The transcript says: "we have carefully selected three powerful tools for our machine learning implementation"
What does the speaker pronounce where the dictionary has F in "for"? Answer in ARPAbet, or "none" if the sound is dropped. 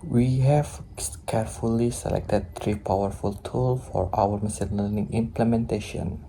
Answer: F